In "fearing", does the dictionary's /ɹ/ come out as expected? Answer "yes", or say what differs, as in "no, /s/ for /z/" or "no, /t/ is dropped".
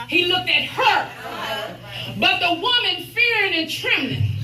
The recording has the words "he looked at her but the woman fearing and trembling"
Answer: yes